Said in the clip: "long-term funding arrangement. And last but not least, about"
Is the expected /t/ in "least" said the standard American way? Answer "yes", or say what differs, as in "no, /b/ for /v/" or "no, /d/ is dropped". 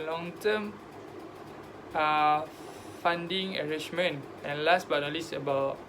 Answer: no, /t/ is dropped